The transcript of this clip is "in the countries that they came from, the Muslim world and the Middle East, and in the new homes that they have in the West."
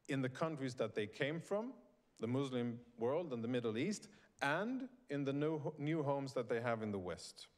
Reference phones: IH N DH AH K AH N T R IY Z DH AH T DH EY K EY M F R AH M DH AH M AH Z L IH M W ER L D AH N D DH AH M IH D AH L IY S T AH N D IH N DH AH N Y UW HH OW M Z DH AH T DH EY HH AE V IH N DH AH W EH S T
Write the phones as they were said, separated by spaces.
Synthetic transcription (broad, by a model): IH N DH AH K AH N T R IY Z DH AH T DH EY K EY M F R AH M DH AH M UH Z L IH M W ER L D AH N DH AH M IH D L IY S T AH N D IH N DH AH N Y UW HH OW M Z DH AH T DH EY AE V IH N DH AH W EH S T